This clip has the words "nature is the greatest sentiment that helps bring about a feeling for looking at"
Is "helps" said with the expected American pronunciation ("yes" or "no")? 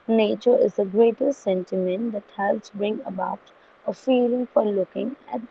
no